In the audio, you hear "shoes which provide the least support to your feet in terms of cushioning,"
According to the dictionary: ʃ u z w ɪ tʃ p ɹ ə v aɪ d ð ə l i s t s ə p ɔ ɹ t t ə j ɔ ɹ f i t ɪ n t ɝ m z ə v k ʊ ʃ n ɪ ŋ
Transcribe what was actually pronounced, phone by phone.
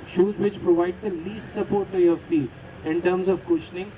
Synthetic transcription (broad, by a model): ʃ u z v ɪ tʃ p ɹ ə v aɪ d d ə l i s t s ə p ɔ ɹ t t ə j ɔ ɹ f i ɪ n t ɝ m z ə v k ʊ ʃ n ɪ ŋ